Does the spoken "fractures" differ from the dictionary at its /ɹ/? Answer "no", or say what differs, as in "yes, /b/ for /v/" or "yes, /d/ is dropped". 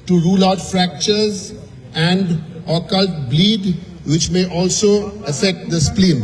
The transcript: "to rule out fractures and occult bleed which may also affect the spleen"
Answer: no